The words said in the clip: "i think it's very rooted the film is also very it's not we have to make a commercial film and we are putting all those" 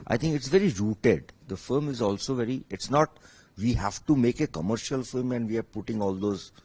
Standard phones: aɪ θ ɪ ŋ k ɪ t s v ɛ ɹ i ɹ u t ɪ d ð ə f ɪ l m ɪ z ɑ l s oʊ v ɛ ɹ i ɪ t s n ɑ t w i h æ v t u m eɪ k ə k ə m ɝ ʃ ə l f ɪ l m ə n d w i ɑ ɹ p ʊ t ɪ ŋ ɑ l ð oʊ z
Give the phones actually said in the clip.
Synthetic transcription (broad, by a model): aɪ t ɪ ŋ k ɪ t s v ɛ ɹ i ɹ u t ɪ d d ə f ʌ m ɪ z ɑ l s oʊ v ɛ ɹ i ɪ t s n ɑ t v i h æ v t u m eɪ k ə k ə m ɝ ʃ ə l f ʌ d m ə n d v i ɑ ɹ p ʊ t ɪ ŋ ɑ l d oʊ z